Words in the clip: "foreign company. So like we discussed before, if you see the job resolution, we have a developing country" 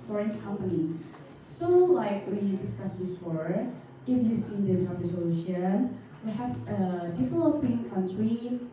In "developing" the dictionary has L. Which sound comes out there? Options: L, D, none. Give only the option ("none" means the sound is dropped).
none